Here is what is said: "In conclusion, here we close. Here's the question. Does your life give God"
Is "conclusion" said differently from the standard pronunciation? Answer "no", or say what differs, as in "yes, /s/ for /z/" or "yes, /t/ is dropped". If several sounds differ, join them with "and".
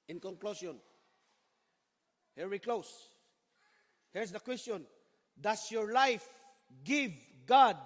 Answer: yes, /s/ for /ʒ/